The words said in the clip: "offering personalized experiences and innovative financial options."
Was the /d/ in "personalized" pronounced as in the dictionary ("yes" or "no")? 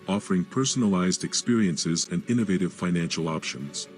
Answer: yes